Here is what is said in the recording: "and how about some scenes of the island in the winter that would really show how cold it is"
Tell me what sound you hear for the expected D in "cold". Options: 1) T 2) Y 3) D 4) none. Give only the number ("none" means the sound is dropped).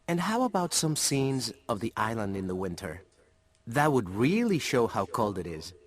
3